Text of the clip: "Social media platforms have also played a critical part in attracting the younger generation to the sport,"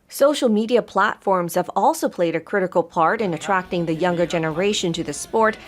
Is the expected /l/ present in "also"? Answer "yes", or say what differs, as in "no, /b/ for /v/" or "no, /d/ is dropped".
yes